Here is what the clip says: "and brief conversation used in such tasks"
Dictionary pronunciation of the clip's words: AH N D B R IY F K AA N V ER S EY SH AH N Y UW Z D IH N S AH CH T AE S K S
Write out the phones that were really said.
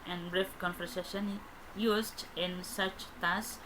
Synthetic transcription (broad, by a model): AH N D B R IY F K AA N F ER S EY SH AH N Y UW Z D IH N S AH CH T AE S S